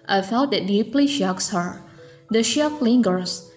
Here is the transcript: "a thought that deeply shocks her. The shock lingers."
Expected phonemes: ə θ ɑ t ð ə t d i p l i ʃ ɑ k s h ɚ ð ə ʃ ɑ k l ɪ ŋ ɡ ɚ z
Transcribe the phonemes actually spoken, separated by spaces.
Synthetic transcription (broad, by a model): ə f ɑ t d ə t d i p l i ʃ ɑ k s h ɚ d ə ʃ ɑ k l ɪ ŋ ɡ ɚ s